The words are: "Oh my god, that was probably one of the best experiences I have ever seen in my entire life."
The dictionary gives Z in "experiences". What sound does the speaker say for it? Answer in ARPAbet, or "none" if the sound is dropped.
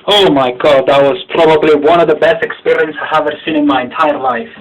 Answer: none